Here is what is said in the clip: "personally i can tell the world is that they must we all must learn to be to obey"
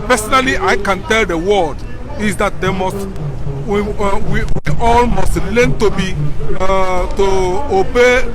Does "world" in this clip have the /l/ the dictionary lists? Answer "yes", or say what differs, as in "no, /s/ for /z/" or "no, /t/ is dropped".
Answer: no, /l/ is dropped